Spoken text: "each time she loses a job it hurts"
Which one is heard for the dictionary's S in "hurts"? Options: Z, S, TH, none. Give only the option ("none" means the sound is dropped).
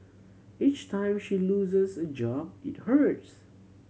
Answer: S